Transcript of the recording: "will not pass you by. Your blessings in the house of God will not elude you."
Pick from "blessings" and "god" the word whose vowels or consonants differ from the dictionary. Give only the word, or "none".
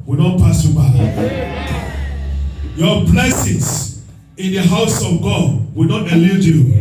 blessings